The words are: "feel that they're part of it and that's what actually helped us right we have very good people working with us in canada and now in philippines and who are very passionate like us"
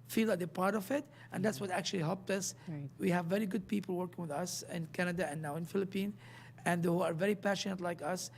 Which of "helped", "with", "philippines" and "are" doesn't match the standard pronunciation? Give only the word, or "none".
philippines